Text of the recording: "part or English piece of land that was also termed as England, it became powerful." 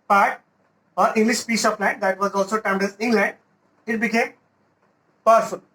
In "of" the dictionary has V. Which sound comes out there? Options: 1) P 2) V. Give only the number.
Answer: 1